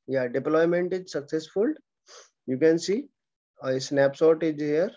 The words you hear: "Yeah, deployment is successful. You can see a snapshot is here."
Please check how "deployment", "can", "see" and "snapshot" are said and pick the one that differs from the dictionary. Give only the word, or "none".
snapshot